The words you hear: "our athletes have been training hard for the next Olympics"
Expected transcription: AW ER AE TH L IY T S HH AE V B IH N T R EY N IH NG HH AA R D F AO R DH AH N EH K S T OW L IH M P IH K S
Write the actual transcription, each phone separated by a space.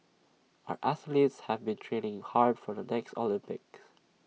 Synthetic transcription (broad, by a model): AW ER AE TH L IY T S HH AE V B IH N T R EY N IH NG HH AA R D F AO R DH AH N EH K S T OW L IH M P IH K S